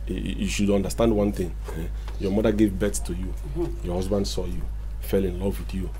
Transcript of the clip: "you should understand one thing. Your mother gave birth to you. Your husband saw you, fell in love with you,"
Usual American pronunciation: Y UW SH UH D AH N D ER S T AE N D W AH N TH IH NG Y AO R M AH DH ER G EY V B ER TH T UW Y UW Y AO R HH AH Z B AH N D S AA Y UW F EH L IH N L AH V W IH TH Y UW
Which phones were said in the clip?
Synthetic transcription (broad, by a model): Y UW SH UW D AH N D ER S T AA N D W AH N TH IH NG Y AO M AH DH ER G EY V B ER S T UW Y UW Y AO HH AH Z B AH N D S AA Y UW F EH L IH N L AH V W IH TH Y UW